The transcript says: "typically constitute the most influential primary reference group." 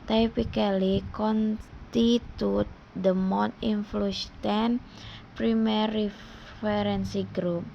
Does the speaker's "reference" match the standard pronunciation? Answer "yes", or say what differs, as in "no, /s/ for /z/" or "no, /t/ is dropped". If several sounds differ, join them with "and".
no, /f/ is dropped